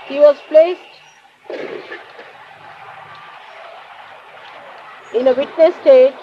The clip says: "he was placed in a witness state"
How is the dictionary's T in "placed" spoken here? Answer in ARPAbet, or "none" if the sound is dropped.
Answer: T